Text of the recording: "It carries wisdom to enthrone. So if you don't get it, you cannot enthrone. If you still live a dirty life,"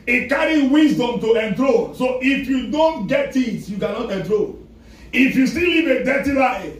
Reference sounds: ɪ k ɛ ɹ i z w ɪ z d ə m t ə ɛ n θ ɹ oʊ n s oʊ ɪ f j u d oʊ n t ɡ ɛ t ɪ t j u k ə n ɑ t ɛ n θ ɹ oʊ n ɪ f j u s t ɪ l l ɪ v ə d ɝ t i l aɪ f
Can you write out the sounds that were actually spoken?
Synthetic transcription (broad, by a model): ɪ k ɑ ɹ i w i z d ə m t ə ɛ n t ɹ oʊ s oʊ ɪ f j u d oʊ n t ɡ ɛ t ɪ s j u k ə n ɑ t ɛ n t ɹ oʊ ɪ f j u s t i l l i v ə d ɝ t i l aɪ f